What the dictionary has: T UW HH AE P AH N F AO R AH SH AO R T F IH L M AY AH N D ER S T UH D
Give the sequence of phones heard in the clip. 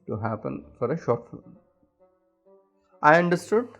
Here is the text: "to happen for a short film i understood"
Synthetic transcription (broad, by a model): T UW HH AE P AH N F AO R AH SH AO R T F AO M AY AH N D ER S T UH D